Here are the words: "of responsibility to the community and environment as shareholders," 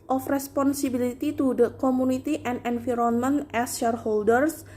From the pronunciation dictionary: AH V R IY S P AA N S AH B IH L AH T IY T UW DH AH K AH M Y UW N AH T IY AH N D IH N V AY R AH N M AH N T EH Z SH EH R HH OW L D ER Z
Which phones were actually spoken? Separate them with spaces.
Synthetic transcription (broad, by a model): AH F R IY S P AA N S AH B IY L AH T IY T UW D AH K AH M UW N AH T IY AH N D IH N F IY R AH N M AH N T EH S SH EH R HH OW L D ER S